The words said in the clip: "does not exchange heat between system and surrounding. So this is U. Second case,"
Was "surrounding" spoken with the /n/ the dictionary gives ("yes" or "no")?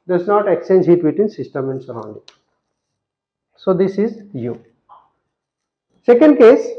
yes